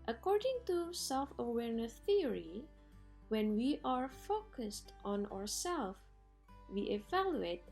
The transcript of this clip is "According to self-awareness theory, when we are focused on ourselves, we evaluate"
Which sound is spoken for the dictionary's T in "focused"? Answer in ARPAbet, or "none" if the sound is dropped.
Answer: T